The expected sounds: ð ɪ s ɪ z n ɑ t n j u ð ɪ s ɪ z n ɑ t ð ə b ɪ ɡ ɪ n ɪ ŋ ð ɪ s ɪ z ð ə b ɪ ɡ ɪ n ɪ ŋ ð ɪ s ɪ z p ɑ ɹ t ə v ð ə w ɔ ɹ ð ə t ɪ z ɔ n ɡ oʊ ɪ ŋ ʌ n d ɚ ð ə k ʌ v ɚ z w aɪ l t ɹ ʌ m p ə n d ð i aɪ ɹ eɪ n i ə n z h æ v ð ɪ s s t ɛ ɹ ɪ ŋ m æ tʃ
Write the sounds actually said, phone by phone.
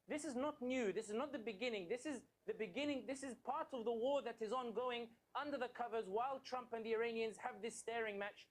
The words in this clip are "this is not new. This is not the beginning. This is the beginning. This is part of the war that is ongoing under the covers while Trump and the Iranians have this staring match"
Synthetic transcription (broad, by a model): ð ɪ s ɪ z n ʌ t n j u ð ɪ s ɪ z n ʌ t ð ə b ɪ ɡ ɪ n ɪ ŋ ð ɪ s ɪ z ð ə b ɪ ɡ ɪ n ɪ ŋ ð ɪ s ɪ z p ɑ ɹ t ə v ð ə w ɔ ɹ ð ə t ɪ z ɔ n ɡ oʊ ɪ ŋ ʌ n d ɚ ð ə k ʌ v ɚ z w aɪ l t ɹ ʌ m p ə n ð i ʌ ɹ eɪ n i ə n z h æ v ð ɪ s s t ɛ ɹ ɪ ŋ m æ tʃ